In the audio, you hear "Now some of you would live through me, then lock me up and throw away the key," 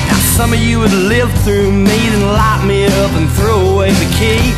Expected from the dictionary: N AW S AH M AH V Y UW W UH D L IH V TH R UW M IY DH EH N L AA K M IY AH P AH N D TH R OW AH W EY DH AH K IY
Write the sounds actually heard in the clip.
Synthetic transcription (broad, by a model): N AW S AH M AH V Y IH W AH D L IH V TH R UW M IY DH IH N L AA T M IY AH P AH N TH R OW AH W EY DH AH K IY